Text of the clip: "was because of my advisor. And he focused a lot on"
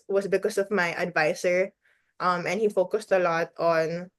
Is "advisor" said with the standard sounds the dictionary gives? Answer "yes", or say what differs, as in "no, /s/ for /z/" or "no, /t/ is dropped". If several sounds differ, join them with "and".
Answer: no, /s/ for /z/